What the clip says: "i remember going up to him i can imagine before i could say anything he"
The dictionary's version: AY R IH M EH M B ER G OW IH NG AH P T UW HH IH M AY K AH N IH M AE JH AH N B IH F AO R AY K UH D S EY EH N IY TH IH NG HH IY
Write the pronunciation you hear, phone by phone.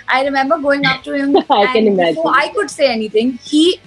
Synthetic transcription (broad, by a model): AY R IH M EH M B ER G OW IH NG AH P T UW HH IH M AY K AH N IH M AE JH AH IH IH K UH D S EY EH N IY T IH NG HH IY